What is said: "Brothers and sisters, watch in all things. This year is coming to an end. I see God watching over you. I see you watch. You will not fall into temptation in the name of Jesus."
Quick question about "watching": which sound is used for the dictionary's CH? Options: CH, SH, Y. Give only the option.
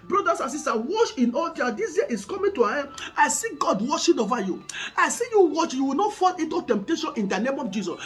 SH